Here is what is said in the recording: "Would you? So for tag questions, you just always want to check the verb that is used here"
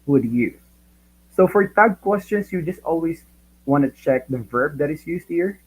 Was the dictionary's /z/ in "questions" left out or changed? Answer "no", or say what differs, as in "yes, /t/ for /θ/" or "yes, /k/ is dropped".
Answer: yes, /s/ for /z/